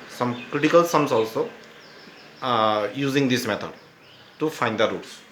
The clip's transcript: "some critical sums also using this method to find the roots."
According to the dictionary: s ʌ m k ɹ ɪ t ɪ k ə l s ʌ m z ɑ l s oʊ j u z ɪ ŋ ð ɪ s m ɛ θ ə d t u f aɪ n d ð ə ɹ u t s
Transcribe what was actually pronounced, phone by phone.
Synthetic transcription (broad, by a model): s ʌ m k ɹ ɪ t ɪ k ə l s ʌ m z ɑ l s oʊ j u z ɪ ŋ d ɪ s m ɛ t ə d t u f aɪ n d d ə ɹ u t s